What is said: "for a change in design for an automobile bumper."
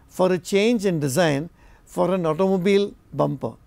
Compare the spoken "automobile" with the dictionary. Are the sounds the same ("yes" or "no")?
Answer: yes